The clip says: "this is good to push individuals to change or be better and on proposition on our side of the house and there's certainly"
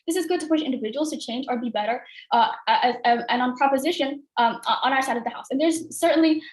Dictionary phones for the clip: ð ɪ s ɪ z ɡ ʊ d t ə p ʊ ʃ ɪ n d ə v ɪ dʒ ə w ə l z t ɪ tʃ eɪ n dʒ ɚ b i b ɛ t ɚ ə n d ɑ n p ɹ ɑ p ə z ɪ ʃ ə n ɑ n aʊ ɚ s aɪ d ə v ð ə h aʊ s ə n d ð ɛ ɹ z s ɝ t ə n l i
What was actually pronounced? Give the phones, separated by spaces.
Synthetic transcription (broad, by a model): ð ɪ s ɪ z ɡ ʊ d t ə p ʊ ʃ ɪ n d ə v ɪ dʒ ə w l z t ɪ tʃ eɪ n dʒ ɚ b i b ɛ t ɚ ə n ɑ n p ɹ ɑ p ə z ɪ ʃ ə n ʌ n aʊ ɚ s aɪ d ə v ð ə h aʊ s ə n ð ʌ ɹ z s ɝ t n l i